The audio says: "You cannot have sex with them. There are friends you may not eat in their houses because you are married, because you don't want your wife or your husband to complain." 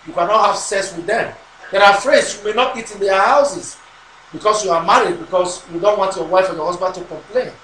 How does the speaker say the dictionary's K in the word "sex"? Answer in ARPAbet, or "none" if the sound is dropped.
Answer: none